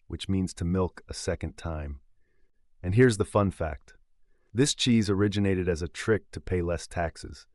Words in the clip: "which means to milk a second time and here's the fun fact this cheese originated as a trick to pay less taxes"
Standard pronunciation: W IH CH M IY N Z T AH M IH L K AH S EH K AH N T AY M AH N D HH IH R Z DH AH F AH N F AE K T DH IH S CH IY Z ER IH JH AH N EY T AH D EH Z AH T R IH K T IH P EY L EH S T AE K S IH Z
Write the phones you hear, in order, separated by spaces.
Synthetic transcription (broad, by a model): W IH CH M IY N Z T AH M IH L K AH S EH K AH N T AY M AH N HH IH R Z DH AH F AH N F AE K T DH IH S CH IY Z ER IH JH AH N EY T AH D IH Z AH T R IH K T IH P EY L EH S T AE K S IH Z